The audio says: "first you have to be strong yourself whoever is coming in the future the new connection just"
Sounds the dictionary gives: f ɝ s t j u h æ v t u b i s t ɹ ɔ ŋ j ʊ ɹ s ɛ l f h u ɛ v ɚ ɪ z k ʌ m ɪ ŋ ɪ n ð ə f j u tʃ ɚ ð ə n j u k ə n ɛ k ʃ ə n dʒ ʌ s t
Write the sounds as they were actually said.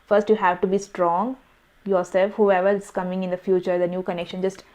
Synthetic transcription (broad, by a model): f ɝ s t j u h æ v t u b i s t ɹ ɔ ŋ j ʊ ɹ s ɛ l f h u ɛ v ɚ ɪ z k ʌ m ɪ ŋ ɪ n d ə f j u tʃ ɚ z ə n j u k ə n ɛ k ʃ ə n dʒ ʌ s t